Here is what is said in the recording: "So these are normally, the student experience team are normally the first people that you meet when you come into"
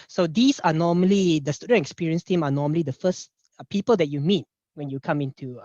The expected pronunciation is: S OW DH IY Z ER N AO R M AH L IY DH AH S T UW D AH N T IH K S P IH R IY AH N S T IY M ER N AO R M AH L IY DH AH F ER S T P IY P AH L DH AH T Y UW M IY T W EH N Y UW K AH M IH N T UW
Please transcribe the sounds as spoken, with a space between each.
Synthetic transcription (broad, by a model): S OW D IY S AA N AO M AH L IY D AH S T UW D AH N T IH K S P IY R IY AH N S T IY M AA N AO M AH L IY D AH F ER S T P IY P AH L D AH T Y UW M IY T W EH N Y UW K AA M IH N T UW